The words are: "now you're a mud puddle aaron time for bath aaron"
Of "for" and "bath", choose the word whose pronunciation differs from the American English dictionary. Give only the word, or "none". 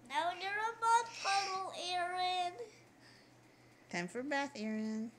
none